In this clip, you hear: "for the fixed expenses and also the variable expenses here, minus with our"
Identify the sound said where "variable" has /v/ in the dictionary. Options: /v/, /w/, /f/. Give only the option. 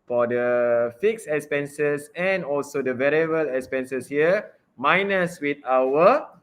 /v/